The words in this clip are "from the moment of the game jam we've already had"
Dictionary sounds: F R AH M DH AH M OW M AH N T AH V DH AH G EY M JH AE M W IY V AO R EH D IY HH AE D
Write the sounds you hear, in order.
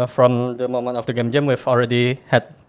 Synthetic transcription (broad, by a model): F R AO M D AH M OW M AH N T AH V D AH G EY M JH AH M W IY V AO R EH D IY HH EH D